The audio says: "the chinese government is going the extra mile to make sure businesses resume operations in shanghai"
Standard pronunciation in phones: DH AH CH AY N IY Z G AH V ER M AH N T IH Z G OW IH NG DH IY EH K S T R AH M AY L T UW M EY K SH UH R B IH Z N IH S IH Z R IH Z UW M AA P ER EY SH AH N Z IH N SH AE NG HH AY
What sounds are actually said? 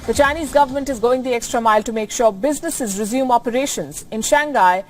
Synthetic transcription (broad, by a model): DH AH CH AY N IY Z G AH V ER M AH N T IH Z G OW IH NG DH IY EH K S T R AH M AY L T UW M EY K SH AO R B IH Z N IH S IH Z R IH Z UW M AA P ER EY SH AH N Z IH N SH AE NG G AY